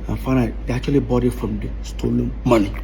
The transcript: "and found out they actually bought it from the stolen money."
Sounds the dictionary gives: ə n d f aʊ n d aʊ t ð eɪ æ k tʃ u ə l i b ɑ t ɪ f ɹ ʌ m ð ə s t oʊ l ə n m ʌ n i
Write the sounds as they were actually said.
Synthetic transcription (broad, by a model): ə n f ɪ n aʊ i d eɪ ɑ k tʃ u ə l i b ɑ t ɪ f ɹ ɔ m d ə s t oʊ l ə n m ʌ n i